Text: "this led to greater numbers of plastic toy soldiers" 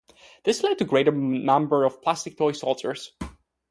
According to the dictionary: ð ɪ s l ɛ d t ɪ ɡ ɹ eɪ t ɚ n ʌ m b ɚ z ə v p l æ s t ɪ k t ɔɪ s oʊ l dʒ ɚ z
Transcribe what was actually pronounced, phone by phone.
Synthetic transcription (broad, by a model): ð ɪ s l ɛ d t ɪ ɡ ɹ eɪ t ɚ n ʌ m b ɚ ə v p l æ s t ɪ k t ɔɪ s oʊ l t ɚ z